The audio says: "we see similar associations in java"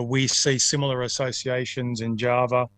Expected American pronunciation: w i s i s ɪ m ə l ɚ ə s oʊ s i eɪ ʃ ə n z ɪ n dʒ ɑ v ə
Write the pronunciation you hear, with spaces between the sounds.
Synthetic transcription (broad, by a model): w i s i s ɪ m l ɚ ə s oʊ s i eɪ ʃ ə n z ɪ n dʒ ɑ v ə